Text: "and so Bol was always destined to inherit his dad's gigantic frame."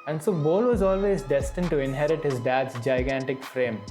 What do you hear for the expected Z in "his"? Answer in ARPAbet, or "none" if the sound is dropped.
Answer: Z